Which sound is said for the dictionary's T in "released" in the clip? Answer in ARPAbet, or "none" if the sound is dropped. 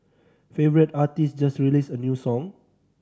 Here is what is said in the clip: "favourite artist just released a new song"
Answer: none